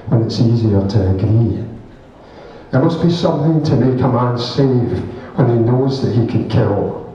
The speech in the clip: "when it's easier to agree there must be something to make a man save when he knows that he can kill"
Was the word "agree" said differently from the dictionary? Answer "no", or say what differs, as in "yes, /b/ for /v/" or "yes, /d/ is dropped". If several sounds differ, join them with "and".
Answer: yes, /ɹ/ is dropped